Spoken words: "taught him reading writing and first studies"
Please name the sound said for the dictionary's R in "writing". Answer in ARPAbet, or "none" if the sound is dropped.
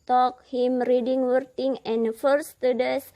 W